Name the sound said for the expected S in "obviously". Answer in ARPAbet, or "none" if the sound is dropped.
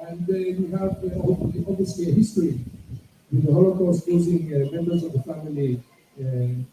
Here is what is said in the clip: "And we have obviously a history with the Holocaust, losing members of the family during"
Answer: S